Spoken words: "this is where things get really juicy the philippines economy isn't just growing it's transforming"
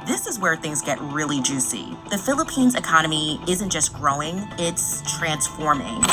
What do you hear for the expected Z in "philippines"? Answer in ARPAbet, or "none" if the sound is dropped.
Z